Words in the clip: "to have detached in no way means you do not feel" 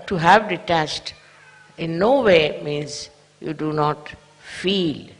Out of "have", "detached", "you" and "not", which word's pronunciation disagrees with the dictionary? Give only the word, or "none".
detached